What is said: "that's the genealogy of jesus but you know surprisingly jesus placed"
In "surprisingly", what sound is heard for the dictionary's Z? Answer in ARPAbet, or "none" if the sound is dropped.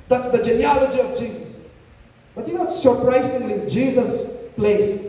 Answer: S